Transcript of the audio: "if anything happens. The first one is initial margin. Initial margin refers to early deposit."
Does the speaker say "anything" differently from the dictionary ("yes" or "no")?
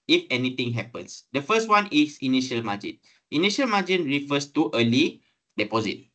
yes